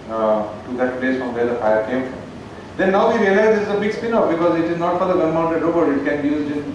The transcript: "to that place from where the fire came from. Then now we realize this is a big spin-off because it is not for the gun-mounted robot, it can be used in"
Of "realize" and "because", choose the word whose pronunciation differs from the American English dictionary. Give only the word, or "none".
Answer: none